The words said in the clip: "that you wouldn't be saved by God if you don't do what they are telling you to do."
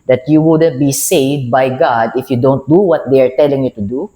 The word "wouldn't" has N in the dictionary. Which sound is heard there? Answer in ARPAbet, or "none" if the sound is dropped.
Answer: N